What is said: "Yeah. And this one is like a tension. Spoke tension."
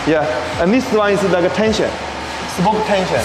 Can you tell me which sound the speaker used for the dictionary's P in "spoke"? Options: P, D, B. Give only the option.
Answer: B